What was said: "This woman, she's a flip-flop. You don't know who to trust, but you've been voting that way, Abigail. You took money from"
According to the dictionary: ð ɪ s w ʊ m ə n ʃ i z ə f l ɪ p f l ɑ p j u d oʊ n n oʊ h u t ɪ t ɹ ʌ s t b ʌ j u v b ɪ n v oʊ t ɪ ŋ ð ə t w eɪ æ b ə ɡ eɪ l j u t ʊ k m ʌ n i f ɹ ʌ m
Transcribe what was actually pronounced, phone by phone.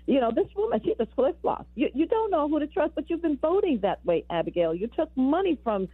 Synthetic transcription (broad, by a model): ð ɪ s w ʊ m ə n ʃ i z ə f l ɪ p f l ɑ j j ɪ d oʊ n n oʊ h u t ɪ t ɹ ʌ s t b ʌ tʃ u v b ɪ n v oʊ t ɪ ŋ ð ə t w eɪ æ b ə ɡ eɪ l j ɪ t ʊ k m ʌ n i f ɹ ʌ m